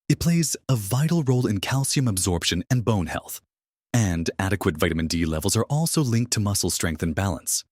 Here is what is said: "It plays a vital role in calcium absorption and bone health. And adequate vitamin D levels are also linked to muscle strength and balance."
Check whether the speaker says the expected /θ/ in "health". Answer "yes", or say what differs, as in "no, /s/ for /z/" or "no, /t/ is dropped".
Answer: yes